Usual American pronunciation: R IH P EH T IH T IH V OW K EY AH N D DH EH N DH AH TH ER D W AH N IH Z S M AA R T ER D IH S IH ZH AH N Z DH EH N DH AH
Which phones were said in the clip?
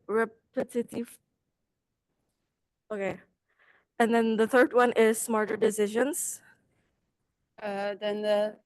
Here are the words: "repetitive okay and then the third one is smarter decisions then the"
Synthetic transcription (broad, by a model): R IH P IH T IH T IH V OW K EY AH N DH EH N DH AH TH ER D W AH N IH Z S M AA R T ER D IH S IH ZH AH N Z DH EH N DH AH